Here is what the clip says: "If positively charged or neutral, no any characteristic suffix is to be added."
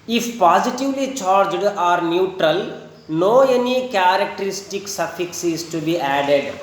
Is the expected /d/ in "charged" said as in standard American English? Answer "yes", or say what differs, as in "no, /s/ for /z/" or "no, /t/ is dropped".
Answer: yes